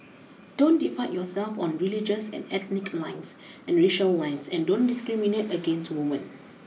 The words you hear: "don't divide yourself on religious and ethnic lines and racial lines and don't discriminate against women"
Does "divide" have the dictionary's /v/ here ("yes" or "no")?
no